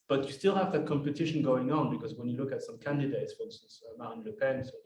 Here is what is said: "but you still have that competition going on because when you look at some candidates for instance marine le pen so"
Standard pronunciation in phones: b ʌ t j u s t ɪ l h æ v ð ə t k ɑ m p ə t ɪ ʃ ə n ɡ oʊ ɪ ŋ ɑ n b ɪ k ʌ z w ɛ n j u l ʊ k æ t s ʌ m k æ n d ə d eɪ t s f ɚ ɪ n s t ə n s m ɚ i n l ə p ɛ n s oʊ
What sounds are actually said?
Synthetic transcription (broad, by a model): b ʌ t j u s t ɪ l h æ v ð ə t k ɑ m p ə t ɪ ʃ ə n ɡ oʊ ɪ ŋ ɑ n b ɪ k ʌ z w ɛ n j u l ʊ k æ t s ʌ m k æ n d ə d eɪ t s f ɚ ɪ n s s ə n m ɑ n l ə p ɛ n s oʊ